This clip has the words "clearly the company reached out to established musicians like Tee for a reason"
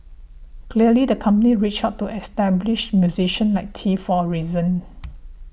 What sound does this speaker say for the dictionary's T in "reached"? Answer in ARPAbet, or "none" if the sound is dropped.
none